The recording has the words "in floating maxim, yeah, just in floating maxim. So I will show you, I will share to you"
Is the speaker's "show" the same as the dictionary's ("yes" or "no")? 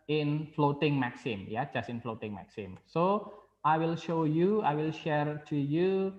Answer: yes